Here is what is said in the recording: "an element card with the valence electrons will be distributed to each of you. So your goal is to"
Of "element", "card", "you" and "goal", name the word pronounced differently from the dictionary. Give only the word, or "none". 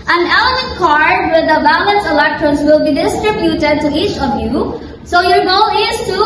element